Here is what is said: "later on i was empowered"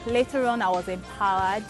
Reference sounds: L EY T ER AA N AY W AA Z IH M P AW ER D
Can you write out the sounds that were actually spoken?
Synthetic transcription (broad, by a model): L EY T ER AA N AY W AA Z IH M P AW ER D